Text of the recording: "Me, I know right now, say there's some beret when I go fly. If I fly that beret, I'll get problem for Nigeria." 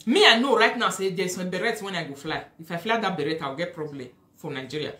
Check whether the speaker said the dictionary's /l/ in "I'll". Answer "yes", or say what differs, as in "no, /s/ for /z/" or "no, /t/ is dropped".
no, /w/ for /l/